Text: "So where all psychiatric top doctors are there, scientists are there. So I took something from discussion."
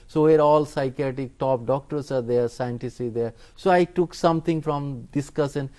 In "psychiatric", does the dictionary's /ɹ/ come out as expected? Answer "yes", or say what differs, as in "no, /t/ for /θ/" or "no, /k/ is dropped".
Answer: no, /ɹ/ is dropped